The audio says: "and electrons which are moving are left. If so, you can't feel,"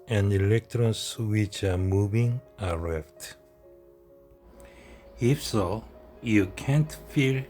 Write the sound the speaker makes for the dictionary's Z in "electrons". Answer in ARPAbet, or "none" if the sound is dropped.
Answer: S